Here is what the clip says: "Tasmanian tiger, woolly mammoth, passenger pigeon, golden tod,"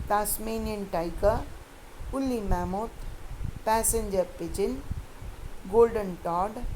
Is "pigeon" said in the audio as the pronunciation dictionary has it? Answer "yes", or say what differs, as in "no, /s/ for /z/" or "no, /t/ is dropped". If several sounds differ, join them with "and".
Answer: no, /tʃ/ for /dʒ/